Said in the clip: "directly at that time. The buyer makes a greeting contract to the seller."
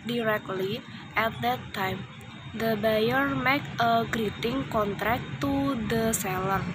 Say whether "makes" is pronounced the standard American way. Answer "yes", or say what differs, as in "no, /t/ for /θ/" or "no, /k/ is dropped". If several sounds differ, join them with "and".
no, /s/ is dropped